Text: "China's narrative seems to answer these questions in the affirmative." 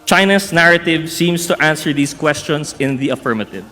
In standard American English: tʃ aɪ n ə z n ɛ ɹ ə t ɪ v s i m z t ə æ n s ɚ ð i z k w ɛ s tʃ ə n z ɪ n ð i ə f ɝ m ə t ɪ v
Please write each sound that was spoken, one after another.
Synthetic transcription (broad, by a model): tʃ aɪ n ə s n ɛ ɹ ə t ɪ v s i m s t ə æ n s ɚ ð i s k w ɛ s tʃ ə n s ɪ n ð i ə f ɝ m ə t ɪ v